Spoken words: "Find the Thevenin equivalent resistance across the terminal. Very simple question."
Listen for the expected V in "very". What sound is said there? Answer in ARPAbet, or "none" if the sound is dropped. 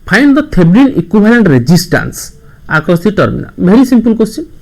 B